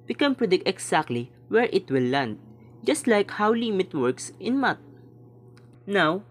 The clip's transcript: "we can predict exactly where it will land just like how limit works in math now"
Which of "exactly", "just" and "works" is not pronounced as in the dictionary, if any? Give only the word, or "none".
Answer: exactly